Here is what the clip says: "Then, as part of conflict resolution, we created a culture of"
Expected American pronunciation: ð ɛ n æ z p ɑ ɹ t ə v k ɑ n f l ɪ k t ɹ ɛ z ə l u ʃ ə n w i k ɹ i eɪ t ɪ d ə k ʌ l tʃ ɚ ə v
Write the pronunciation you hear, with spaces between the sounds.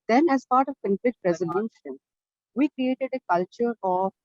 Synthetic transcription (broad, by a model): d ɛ n æ z p ɑ ɹ t ə v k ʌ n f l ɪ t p ɹ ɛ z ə n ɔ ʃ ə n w i k ɹ i eɪ t ɪ d ə k ʌ l tʃ ɚ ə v